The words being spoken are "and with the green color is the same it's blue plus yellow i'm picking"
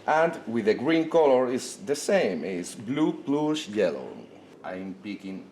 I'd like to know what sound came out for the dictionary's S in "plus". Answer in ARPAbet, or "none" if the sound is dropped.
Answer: SH